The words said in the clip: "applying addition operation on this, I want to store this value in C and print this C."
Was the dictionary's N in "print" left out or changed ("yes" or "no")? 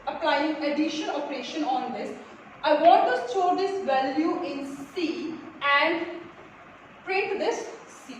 yes